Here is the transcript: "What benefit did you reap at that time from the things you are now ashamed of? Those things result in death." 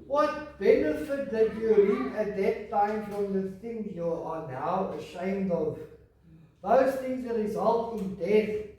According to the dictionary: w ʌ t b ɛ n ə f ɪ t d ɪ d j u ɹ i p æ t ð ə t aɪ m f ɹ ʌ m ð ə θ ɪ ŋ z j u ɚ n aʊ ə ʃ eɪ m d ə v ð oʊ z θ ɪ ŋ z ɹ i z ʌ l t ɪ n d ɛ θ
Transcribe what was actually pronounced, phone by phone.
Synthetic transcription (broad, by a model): w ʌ t b ɛ n ə f ɪ t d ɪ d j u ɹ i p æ t ð ə t aɪ m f ɹ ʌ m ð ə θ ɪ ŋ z j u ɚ n aʊ ə ʃ eɪ m d ə v ð oʊ z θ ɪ ŋ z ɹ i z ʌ l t ɪ n d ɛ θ